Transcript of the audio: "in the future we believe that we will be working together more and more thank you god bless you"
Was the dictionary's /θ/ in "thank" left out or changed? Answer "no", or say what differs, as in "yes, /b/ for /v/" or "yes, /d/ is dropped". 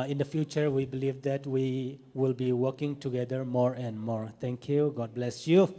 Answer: yes, /t/ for /θ/